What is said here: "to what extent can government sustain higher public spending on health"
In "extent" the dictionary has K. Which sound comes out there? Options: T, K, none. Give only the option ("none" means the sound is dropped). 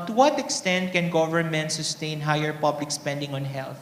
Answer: K